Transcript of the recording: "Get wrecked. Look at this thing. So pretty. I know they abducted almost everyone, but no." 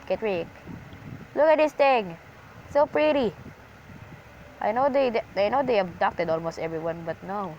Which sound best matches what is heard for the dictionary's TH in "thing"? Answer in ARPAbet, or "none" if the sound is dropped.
T